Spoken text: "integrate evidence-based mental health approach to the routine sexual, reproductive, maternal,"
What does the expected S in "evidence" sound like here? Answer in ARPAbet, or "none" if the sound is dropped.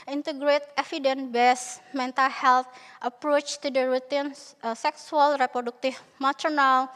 none